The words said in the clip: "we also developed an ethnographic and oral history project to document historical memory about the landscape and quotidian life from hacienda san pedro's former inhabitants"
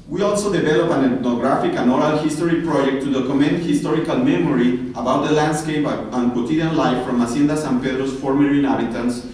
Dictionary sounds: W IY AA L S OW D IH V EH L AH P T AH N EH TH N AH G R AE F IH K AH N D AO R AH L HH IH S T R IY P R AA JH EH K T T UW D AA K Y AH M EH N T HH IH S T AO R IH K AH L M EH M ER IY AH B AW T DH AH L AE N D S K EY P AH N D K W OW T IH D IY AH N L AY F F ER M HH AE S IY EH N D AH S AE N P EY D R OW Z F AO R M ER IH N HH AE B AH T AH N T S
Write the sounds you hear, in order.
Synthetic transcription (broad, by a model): W IY AA L S OW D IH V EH L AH P AH N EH T N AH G R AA F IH K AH N AO R AH L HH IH S T R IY P R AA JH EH K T T UW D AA K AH M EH N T HH IH S T AO R IH K AH L M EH M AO IY AH B AW T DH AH L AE N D S K EY P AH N K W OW T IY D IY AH N L AY F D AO M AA S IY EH N D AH S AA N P EY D R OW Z F AO R M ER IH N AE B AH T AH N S